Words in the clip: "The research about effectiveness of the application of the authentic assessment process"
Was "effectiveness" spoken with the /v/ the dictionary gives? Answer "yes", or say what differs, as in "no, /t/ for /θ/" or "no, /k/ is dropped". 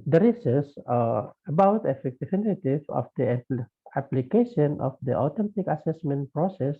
no, /f/ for /v/